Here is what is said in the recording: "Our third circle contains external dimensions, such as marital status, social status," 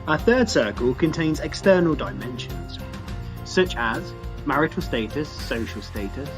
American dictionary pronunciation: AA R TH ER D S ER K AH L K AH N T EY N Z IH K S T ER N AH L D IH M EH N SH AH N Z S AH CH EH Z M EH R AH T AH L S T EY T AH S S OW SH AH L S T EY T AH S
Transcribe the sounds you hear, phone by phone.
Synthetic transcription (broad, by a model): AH TH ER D S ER K AH L K AH N T EY N Z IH K S T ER N AH L D IH M EH N SH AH N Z S AH CH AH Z M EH R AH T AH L S T EY T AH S S OW SH AH L S T EY T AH S